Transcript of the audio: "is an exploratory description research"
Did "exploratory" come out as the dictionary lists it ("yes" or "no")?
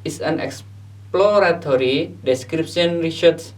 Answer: yes